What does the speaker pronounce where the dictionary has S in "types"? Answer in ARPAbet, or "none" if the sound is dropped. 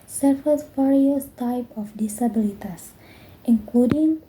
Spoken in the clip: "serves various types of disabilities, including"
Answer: none